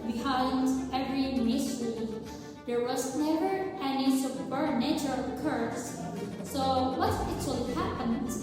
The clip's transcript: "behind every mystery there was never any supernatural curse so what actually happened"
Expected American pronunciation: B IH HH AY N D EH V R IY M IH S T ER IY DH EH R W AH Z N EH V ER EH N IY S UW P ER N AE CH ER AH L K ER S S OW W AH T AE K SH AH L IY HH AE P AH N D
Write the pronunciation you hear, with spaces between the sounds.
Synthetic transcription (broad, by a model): B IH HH AY N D EH V R IY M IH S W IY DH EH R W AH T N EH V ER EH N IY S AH B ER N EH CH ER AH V K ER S S OW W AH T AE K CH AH L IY HH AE P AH N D